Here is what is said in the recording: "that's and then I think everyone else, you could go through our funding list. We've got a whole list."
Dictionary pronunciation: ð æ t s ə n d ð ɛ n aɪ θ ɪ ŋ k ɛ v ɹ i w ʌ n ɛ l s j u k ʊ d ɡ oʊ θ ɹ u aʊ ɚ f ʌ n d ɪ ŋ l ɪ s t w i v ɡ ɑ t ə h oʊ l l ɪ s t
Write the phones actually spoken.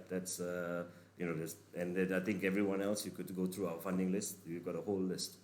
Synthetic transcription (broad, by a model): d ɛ t s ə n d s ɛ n aɪ t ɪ ŋ k ɛ v ɹ i w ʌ n ɛ l s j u k ʊ d ɡ oʊ t ɹ u aʊ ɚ f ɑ n d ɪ ŋ l ɪ s t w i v ɡ ɑ t ə h oʊ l l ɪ s t